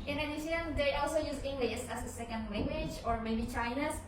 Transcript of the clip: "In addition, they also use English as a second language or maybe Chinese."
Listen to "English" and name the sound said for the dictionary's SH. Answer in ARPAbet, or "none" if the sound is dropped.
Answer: S